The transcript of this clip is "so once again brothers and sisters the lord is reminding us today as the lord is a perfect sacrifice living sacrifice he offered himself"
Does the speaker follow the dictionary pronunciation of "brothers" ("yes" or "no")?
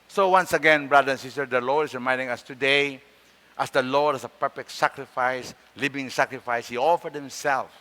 no